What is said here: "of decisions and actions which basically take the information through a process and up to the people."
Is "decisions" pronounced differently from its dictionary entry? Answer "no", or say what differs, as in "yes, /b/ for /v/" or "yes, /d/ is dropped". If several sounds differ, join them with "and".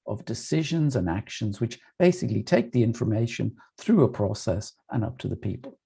no